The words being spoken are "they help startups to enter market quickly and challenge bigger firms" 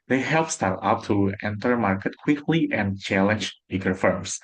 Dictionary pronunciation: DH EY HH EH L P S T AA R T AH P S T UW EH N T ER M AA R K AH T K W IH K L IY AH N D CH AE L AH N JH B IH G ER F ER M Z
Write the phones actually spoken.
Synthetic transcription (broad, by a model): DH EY HH EH L P S T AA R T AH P T UW EH N T ER M AA R K AH T K W IH K L IY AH N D CH AE L AH N JH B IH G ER F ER M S